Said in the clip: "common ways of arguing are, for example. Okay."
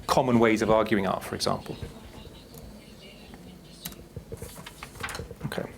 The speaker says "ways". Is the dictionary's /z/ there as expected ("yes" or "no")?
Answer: yes